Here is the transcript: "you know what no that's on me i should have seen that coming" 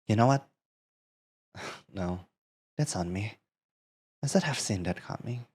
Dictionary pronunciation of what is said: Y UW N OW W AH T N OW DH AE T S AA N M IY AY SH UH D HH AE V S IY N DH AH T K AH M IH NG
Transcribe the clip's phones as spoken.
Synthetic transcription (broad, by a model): Y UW N OW W AH T N OW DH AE T S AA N M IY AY S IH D HH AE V S IY N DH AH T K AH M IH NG